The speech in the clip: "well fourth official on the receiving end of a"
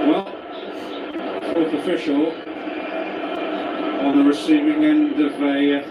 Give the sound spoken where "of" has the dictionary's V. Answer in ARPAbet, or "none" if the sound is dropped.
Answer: V